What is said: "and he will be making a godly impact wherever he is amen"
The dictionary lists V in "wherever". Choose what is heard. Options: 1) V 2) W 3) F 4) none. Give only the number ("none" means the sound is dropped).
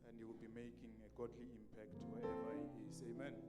4